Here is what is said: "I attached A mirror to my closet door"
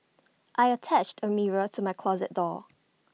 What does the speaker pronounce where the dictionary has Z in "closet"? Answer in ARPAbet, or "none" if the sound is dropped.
Z